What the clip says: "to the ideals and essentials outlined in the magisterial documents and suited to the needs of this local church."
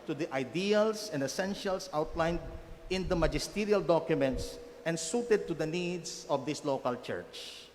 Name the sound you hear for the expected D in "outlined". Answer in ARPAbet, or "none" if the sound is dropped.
D